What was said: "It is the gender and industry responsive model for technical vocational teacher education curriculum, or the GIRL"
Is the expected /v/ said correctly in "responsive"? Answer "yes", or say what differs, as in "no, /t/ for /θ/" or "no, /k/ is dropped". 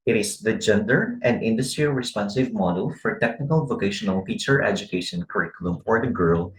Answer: yes